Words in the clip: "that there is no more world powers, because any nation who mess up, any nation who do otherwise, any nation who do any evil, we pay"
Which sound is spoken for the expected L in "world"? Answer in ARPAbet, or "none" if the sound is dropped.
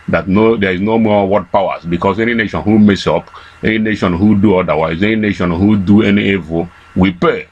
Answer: none